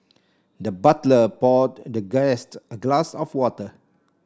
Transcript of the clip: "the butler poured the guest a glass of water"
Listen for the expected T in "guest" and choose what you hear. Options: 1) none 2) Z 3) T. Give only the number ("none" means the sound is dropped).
3